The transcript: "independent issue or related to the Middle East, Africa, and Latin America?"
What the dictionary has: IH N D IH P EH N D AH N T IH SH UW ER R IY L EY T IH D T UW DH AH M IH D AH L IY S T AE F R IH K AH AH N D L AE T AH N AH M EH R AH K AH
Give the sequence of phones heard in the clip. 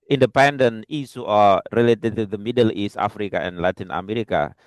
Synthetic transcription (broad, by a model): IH N D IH P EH N D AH N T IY S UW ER R IY L EY T IH D T UW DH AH M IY D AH L IY S T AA F R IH K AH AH N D L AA T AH N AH M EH R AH K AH